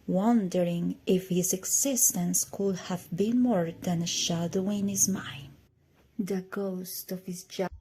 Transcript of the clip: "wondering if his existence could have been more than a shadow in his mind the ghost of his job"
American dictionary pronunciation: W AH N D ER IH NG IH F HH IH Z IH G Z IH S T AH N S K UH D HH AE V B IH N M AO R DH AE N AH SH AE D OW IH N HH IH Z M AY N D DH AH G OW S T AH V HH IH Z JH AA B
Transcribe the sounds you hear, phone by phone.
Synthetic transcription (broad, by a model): W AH N D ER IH NG IH F HH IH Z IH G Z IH S T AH N S K UH D HH AE V B IH N M AO R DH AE N AH SH AE D OW IH N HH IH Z M AY N D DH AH G OW S T AH V HH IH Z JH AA